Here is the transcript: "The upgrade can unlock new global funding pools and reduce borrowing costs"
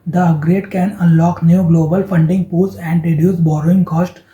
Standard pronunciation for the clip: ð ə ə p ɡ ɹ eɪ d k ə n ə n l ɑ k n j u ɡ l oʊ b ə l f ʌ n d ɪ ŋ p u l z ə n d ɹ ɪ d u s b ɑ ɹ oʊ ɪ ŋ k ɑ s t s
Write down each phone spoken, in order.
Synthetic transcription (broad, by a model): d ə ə ɡ ɹ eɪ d k ə n ə n l ɑ k n j u ɡ l oʊ b ə l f ʌ n d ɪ ŋ p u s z ə n d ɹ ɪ d u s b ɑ ɹ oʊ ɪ ŋ k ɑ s t